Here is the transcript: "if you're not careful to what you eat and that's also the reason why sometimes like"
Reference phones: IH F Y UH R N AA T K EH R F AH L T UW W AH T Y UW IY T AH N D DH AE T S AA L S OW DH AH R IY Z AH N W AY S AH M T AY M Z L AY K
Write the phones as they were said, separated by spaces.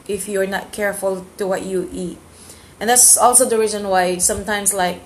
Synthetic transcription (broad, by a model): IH F Y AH R N AA T K EH R F AH L T UW W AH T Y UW IY T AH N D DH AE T S AA L S OW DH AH R IY Z AH N W AY S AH M T AY M S L AY K